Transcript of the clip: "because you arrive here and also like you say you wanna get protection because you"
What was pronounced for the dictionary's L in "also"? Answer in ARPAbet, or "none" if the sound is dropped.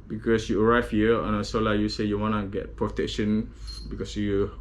none